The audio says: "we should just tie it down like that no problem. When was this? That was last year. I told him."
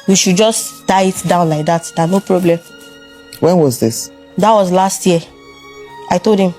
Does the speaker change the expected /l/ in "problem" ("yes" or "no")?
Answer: no